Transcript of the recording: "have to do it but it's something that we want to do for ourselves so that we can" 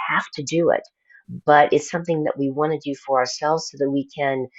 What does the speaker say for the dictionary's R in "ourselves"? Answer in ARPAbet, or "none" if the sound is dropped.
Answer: R